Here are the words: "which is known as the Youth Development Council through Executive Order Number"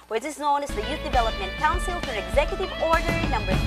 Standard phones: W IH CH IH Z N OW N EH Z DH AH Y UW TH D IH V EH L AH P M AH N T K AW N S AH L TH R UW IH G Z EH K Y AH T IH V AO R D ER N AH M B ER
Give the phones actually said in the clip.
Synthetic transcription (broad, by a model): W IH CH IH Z N OW N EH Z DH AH Y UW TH D IH V EH L AH P M AH N T K AW N S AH L F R IH G Z EH K Y AH T IH V AO R D ER N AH M B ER